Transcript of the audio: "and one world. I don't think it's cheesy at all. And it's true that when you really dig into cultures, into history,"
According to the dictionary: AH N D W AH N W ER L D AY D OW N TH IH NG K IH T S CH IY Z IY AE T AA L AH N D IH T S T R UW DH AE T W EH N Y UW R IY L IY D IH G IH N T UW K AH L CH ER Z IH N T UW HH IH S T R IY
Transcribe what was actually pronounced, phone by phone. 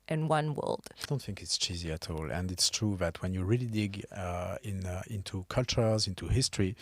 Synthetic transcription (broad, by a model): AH N W AH N W ER L D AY D OW N TH IH NG K IH T S CH IY Z IY AE T AA L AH N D IH T S T R UW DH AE T W EH N Y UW R IY L IY D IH G IH N T UW K AH L CH ER Z IH N T UW HH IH S T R IY